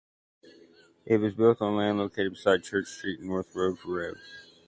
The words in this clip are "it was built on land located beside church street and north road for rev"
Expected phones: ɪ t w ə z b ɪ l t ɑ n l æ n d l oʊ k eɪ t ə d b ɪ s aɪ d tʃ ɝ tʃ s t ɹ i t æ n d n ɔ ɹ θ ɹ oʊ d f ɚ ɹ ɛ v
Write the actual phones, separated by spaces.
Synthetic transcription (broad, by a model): ɪ t w ə z b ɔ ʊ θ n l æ n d l oʊ k eɪ t ə d b ɪ s aɪ d tʃ ɝ tʃ s t ɹ i t n n ɔ ɹ θ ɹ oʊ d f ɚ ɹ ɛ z